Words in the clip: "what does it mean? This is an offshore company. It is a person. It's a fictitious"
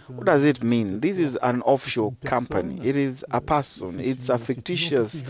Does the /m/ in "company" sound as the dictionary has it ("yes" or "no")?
yes